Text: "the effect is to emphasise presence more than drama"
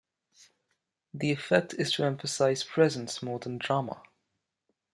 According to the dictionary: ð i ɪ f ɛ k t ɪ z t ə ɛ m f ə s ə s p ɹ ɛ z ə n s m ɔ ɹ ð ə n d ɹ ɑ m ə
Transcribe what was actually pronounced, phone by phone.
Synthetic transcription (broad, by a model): ð i ɪ f ɛ k t ɪ z t ə ɛ m f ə s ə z p ɹ ɛ z ə n s m ɔ ð ə n d ɹ ɑ m ə